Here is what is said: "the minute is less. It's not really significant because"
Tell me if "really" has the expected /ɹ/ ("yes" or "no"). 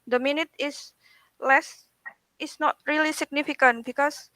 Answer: yes